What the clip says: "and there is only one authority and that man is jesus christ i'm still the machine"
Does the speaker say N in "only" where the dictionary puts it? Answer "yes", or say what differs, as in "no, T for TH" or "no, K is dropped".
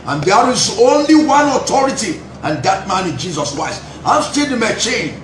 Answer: yes